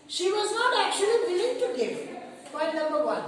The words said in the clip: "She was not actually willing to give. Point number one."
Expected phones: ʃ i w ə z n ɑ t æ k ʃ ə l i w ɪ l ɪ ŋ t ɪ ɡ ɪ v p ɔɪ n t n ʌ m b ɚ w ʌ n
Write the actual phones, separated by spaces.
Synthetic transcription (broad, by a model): ʃ i w ə z n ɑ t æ k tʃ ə l i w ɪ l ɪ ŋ t ɪ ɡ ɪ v b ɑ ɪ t n ʌ m b ɚ w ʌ n